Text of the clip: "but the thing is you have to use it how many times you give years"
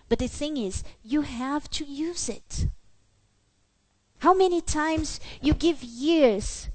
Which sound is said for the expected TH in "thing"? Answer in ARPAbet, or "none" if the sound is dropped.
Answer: TH